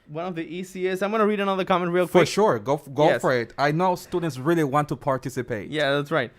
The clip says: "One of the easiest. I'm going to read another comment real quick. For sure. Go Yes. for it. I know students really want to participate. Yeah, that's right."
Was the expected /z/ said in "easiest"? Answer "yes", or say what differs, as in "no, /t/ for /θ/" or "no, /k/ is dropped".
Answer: no, /s/ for /z/